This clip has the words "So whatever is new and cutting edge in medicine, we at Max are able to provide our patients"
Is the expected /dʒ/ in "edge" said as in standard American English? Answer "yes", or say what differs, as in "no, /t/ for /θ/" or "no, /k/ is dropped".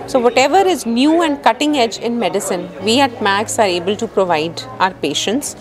yes